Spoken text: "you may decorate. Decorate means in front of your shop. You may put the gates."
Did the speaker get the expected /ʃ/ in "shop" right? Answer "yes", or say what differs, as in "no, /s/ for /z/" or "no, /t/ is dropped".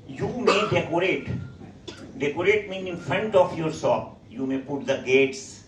no, /s/ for /ʃ/